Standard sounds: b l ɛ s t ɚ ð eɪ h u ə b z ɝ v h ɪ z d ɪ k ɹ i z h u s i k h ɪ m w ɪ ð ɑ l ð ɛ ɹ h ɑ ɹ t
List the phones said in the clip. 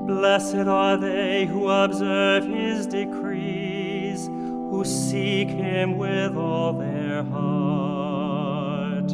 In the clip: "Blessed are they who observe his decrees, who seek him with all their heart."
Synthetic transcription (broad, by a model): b l ɛ s t ɚ ð eɪ h u ə b z ɝ v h ɪ z d ɪ k ɹ i z h u s i k h ɪ m w ɪ ð ɑ l ð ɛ ɹ h ɑ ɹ t